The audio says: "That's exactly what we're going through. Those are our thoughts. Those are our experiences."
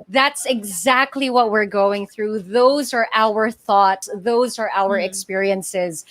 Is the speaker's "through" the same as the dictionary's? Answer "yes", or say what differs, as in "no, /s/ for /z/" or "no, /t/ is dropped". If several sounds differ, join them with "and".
yes